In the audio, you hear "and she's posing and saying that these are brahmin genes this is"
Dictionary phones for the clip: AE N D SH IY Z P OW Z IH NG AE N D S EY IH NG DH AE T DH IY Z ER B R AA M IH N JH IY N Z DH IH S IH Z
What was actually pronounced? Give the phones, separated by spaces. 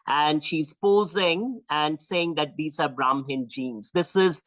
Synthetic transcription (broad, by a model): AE N D SH IY Z P OW Z IH NG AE N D S EY IH NG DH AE T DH IY Z ER B R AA M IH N JH IY N Z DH IH S IH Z